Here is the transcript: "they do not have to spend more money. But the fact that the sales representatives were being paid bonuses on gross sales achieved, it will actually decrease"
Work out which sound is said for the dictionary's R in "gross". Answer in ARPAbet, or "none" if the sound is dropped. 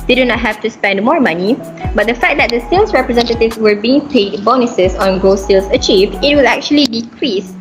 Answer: none